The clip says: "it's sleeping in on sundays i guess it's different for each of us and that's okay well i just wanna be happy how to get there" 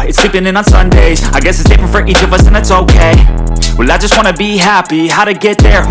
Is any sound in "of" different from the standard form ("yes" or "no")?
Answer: no